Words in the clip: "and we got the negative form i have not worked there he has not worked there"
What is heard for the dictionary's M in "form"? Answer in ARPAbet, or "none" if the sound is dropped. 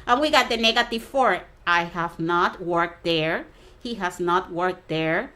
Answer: none